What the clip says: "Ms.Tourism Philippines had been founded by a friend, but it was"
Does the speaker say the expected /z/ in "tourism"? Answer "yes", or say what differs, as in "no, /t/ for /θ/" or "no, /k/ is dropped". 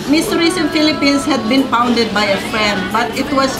no, /s/ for /z/